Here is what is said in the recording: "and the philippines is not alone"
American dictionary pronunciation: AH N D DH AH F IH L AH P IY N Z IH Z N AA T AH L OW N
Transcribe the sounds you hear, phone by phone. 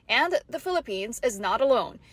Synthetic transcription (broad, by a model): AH N DH AH F IH L AH P IY N Z IH Z N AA T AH L OW N